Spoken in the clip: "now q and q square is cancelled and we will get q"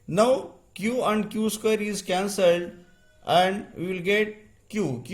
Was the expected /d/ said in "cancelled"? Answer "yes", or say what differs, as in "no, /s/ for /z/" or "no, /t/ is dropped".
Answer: yes